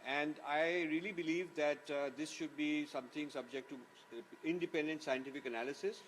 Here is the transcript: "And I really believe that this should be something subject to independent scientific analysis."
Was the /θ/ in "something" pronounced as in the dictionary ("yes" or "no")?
no